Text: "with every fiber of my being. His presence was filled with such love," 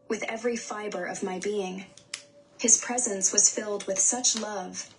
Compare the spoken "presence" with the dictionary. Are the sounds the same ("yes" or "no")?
yes